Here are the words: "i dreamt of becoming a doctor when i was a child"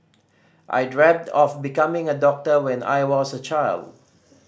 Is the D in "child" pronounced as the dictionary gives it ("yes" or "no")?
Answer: yes